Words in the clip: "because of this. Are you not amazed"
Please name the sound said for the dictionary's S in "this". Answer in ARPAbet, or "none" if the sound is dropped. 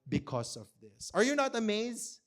S